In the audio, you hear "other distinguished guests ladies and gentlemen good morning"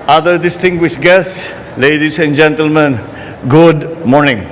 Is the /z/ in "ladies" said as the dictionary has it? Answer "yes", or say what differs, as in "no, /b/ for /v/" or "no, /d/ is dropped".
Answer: no, /s/ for /z/